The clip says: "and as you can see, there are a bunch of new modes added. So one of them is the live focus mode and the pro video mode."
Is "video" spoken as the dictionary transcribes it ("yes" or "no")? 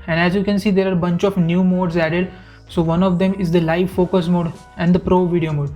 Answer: yes